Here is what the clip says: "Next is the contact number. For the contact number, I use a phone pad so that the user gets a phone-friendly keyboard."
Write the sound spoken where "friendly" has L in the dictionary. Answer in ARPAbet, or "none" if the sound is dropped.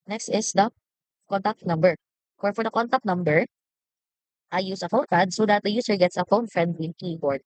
W